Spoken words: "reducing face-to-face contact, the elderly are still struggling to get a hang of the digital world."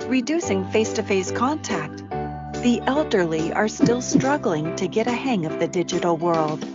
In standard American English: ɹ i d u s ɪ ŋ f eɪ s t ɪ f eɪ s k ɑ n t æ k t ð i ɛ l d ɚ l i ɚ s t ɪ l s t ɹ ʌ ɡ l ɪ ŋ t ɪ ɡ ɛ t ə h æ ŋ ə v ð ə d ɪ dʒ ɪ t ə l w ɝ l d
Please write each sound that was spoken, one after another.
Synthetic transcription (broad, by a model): ɹ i d u s ɪ ŋ f eɪ s t ɪ f eɪ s k ɑ n t æ k t ð i ɛ l d ɚ l i ɚ s t ɪ l s t ɹ ʌ ɡ l ɪ ŋ t ɪ ɡ ɛ t ə h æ ŋ ə v ð ə d ɪ dʒ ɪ t l w ɝ l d